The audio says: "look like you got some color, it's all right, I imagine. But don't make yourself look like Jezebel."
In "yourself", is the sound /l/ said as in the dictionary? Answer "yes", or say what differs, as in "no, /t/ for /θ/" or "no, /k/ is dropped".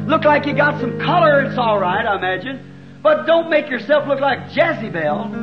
yes